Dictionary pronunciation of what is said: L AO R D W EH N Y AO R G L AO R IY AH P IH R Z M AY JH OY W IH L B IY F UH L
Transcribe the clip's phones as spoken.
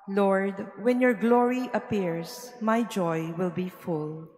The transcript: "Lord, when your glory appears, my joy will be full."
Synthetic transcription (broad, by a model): L AO R D W EH N Y AO R G L AO R IY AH P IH R S M AY JH OY W IH L B IY F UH L